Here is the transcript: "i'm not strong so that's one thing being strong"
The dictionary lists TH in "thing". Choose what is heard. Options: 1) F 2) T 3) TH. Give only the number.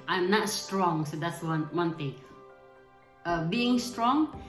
2